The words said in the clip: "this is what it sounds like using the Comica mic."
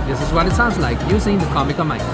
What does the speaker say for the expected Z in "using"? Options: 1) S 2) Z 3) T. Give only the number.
1